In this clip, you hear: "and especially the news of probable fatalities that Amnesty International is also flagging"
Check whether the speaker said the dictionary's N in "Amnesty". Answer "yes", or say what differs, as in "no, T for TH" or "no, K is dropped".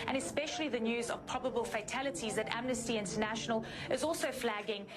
yes